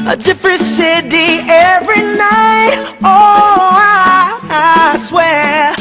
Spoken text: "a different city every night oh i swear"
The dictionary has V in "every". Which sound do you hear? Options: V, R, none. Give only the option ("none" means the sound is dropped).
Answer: V